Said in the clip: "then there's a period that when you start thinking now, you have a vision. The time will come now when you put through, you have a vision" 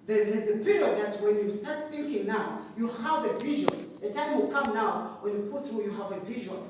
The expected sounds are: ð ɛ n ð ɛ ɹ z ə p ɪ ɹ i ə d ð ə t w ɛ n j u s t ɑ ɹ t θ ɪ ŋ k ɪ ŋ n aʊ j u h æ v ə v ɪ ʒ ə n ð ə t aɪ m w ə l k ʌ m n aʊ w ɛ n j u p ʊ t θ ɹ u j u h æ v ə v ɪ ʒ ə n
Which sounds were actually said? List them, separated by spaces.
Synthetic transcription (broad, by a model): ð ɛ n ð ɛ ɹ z ə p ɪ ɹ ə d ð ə t w ɛ n j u s t ɑ ɹ t θ ɪ ŋ k ɪ ŋ n aʊ j u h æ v ə v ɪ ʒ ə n ð ə t aɪ m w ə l k ʌ m n aʊ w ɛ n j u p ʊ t θ ɹ u j u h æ v ə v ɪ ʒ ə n